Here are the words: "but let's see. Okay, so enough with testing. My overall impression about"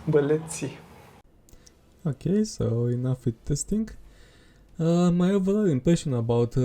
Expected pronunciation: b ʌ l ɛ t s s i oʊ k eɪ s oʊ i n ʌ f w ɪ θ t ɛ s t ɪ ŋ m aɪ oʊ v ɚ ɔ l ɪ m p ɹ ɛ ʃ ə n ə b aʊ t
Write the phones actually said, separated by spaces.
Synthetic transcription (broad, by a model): b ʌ l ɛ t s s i oʊ k eɪ s oʊ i n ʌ f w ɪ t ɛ s t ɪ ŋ m aɪ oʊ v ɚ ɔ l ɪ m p ɛ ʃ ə n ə b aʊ t